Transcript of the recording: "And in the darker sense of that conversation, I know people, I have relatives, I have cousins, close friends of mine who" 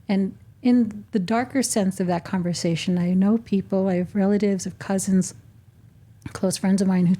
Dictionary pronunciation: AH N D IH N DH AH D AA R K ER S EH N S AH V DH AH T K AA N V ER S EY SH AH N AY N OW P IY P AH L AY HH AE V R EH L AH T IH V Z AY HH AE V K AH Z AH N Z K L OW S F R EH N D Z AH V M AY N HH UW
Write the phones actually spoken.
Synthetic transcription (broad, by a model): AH N IH N DH AH D AA R K ER S EH N S AH V DH AH T K AA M V ER S EY SH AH N AY N OW P IY P L AY V R EH L AH T IH V Z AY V K AH Z AH N Z K L OW S F R EH N D Z AH V M AY N HH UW